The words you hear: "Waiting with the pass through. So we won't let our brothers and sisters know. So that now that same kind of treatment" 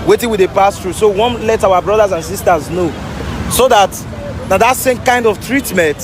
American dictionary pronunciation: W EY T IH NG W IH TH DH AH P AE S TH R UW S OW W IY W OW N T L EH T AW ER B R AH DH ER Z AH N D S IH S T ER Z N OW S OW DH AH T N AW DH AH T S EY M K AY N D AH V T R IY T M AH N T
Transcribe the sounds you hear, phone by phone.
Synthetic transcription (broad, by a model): W EY T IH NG W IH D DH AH P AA S T R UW S OW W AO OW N L EH T AW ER B R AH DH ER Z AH N S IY S T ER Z N OW S OW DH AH T N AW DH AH T S EY M K AY N D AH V T R IY T M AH N T